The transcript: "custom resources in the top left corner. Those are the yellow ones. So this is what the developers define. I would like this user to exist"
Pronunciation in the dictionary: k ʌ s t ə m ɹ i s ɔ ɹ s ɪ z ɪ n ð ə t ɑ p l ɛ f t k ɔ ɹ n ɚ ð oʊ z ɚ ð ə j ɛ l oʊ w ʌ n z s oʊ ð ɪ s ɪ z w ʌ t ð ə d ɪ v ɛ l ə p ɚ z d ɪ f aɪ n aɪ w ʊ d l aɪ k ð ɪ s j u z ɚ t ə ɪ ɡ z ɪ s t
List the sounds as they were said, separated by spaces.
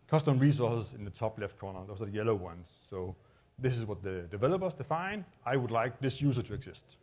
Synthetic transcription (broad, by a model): k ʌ s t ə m ɹ i s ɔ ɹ s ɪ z ɪ n ð ə t ɑ p l ɛ f t k ɔ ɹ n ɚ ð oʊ ɚ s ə j ɛ l oʊ w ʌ n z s oʊ ð ɪ s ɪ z w ʌ t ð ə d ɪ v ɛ l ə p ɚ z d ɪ f aɪ n aɪ w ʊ d l aɪ k ð ɪ s j u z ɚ t ə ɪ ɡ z ɪ s t